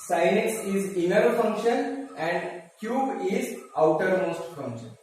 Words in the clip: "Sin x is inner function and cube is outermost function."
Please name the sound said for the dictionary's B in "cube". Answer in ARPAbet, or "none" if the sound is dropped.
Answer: B